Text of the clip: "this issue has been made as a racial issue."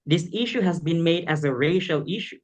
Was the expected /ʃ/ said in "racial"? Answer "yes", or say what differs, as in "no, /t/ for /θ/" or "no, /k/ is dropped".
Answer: yes